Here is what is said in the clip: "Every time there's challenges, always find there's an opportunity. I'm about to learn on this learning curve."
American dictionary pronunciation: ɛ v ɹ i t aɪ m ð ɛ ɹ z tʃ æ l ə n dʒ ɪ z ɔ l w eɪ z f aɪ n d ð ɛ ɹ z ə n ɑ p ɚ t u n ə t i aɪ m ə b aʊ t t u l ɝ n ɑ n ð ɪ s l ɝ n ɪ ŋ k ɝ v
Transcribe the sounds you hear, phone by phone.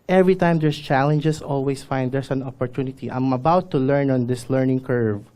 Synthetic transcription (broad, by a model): ɛ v ɹ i t aɪ m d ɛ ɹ s tʃ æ l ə n dʒ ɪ s ɔ l w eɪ s f aɪ n d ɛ ɹ s ə n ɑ p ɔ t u n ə t i aɪ m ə b aʊ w t u l ɝ n ɑ n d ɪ s l ɝ n ɪ ŋ k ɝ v